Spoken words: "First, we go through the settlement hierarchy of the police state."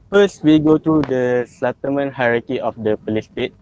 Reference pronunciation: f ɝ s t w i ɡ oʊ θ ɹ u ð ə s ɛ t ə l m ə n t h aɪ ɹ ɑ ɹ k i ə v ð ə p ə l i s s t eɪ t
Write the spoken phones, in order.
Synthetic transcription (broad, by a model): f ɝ s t w i ɡ oʊ t ɹ u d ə s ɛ t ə m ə n h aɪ ɹ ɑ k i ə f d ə p ə l i s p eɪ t